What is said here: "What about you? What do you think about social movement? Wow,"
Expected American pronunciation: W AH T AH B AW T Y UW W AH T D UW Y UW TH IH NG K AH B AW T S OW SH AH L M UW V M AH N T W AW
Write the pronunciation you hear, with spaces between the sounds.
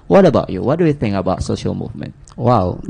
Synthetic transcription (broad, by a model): W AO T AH B AW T Y UW W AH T D UW Y UW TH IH NG K AH B AW T S OW SH AH L M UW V M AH N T W AW